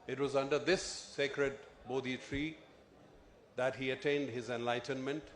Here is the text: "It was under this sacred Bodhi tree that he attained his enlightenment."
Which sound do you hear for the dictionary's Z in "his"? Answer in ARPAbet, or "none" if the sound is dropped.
Z